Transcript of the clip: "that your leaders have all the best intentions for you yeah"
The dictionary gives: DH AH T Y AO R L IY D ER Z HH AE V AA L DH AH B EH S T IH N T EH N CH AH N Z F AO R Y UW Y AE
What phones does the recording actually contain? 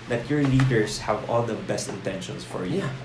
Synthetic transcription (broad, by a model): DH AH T Y AO R L IY D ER S HH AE V AA L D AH B EH S T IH N T EH N SH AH N S F AO R Y UW